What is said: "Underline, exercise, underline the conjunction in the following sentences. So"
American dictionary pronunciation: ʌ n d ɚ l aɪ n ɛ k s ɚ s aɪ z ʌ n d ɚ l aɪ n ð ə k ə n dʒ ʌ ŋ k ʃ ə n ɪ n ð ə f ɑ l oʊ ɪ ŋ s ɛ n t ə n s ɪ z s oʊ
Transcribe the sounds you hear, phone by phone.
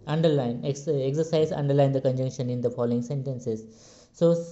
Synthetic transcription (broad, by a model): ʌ n d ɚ l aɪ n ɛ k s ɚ s aɪ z ʌ n d ɚ l aɪ n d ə k ə n dʒ ʌ ŋ k ʃ ə n ɪ n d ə f ɑ l oʊ ɪ ŋ s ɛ n t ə n s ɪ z s oʊ